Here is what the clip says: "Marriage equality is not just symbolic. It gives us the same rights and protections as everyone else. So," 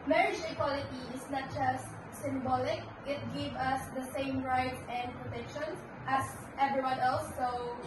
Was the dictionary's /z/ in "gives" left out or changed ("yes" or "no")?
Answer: yes